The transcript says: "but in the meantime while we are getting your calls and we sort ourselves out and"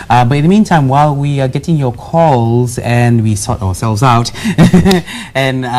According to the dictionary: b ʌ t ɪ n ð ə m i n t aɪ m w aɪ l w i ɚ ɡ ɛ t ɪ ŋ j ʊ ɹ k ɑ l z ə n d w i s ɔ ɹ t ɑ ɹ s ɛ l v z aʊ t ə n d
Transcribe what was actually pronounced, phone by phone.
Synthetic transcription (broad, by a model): b ʌ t ɪ n ð ə m i n t aɪ m w aɪ l w i ɚ ɡ ɛ t ɪ ŋ j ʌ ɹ k ɑ l z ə n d w i s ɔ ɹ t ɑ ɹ s ɛ l v z aʊ t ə n